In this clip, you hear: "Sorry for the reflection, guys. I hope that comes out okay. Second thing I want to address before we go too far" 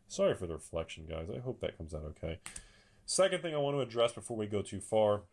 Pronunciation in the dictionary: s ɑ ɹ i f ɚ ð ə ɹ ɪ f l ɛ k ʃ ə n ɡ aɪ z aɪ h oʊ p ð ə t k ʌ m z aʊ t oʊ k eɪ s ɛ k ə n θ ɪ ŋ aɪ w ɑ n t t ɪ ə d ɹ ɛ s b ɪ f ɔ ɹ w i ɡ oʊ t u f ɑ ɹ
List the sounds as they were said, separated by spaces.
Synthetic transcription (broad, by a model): s ɑ ɹ i f ɚ ð ə ɹ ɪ f l ɛ k ʃ n ɡ aɪ z aɪ h oʊ p ð ə t k ʌ m z aʊ t oʊ k eɪ s ɛ k ə n θ ɪ ŋ aɪ w ɑ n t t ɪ ə d ɹ ɛ s b ɪ f ɔ ɹ w i ɡ oʊ t u f ɑ ɹ